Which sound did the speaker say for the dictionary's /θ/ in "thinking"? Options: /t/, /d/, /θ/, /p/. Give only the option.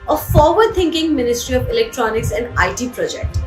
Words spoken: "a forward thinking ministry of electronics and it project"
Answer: /t/